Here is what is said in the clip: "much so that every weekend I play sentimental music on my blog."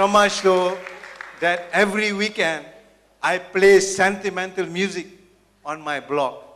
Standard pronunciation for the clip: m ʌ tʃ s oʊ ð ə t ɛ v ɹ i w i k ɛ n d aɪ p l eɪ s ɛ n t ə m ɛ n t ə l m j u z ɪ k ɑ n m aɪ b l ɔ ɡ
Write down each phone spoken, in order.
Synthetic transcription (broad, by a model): m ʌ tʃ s oʊ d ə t ɛ v ɹ i w i k ɛ n d aɪ p l eɪ s ɛ n t ə m ɛ n t ə l m j u z ɪ k ɑ n m aɪ b l ɔ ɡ